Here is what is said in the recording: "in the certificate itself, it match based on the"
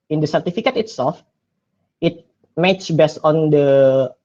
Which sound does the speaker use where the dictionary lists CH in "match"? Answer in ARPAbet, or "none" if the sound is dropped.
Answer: S